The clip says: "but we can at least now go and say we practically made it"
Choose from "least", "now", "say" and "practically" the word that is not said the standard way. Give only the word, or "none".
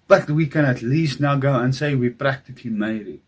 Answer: practically